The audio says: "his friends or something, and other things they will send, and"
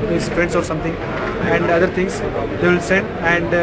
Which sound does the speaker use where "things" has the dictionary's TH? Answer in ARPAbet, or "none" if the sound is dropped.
T